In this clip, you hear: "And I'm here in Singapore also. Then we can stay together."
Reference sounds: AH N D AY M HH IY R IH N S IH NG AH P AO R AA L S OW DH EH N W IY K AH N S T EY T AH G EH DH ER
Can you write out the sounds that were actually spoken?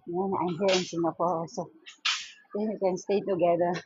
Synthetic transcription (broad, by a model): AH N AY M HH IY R IH N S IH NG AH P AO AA S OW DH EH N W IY K AH N S T EY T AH G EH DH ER